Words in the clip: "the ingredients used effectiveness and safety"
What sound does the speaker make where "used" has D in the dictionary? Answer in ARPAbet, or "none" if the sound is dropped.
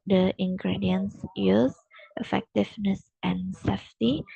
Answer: none